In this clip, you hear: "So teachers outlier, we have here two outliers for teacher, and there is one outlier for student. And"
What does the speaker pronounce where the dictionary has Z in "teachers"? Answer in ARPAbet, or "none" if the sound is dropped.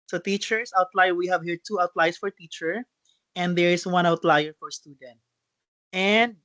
S